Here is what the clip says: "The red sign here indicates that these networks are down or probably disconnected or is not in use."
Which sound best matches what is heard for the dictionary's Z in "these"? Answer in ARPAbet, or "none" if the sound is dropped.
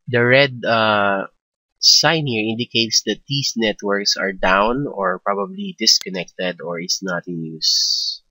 S